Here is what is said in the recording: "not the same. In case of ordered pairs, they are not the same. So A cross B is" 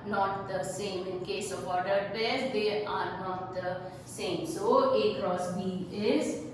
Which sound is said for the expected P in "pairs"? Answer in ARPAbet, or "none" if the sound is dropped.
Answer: B